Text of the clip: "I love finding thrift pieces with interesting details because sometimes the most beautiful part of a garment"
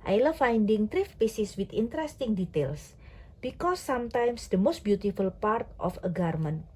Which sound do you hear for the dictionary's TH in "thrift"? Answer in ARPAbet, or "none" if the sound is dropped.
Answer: T